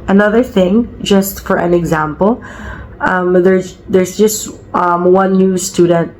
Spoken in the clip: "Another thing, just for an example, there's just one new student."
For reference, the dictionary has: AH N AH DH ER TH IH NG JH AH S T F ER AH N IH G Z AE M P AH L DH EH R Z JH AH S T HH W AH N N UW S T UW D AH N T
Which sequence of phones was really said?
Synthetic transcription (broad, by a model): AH N AH DH ER TH IH NG JH AH S T F ER AH N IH G Z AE M P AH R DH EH R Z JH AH S T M W AH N N UW S T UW D N T